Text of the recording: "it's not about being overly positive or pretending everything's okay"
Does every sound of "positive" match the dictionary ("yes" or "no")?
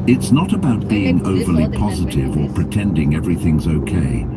yes